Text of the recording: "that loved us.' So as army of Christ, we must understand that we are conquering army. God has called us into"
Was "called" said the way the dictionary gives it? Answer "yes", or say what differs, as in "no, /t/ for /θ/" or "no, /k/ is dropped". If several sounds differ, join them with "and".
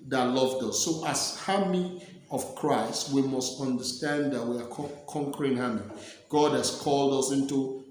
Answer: yes